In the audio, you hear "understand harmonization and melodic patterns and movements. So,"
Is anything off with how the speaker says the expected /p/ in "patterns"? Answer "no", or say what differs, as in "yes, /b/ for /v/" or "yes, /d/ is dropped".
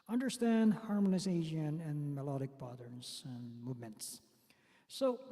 yes, /b/ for /p/